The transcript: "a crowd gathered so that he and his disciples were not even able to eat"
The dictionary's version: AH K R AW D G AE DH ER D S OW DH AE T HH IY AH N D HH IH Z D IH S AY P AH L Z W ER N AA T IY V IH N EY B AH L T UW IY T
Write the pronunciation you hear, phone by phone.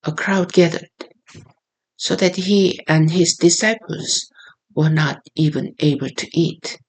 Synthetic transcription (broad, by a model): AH K R AW D G AE DH ER D S OW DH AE T HH IY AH N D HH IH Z D IH S AY P AH L Z W ER N AA T IY V IH N EY B AH L T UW IY T